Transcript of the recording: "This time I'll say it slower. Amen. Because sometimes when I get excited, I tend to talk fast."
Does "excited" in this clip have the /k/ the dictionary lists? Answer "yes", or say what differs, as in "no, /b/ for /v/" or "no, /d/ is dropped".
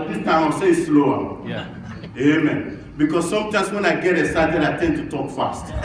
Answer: no, /k/ is dropped